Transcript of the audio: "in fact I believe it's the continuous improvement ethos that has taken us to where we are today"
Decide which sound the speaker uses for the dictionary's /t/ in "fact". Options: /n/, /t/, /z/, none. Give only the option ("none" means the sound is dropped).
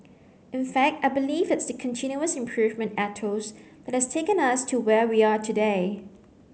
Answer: /t/